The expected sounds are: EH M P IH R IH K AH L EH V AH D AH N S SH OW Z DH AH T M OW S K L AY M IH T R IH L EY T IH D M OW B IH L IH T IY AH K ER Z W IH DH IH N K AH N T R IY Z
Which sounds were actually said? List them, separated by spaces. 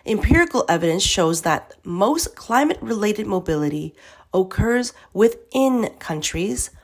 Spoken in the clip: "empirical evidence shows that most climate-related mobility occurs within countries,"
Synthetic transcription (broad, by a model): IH M P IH R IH K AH L EH V AH D AH N S SH OW Z DH AH T M OW S K L AY M IH T R IH L EY T IH D M OW B IH L IH T IY AH K ER Z W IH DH IH N K AH N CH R IY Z